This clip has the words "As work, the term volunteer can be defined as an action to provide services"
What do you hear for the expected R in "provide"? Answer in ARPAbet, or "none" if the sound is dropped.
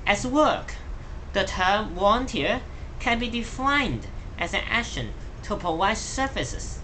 none